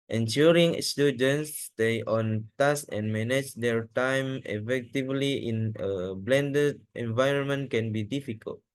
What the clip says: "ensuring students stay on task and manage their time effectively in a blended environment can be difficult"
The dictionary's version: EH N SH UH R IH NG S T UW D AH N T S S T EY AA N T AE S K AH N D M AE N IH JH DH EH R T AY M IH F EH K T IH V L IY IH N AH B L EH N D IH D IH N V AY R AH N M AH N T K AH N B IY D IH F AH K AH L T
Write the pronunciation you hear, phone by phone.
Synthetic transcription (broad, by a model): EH N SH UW R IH NG S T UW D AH N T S S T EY AA N T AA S AH N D M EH N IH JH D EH R T AY M IH F EH K T IH V L IY IH N AH B L EH N D IH D IH N V AY R AH N M AH N T K AH N B IY D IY F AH K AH L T